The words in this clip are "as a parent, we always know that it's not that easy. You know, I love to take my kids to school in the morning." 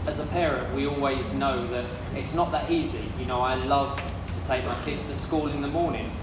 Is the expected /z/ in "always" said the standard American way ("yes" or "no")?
yes